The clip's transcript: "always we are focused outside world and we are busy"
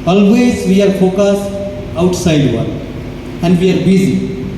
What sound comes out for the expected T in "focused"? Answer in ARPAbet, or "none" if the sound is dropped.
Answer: none